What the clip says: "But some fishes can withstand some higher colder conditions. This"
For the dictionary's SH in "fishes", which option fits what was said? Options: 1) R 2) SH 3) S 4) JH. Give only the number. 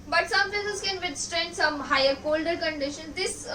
3